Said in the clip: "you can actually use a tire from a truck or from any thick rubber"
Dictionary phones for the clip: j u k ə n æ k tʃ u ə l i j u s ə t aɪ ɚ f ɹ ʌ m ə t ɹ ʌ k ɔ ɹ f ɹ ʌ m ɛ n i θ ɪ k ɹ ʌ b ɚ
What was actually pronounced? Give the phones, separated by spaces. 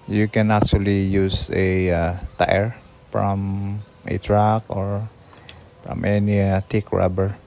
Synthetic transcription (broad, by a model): j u k ə n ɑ k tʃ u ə l i j u s ə t aɪ ɚ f ɹ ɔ m ə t ɹ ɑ k ɔ ɹ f ɹ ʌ m ɛ n i t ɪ k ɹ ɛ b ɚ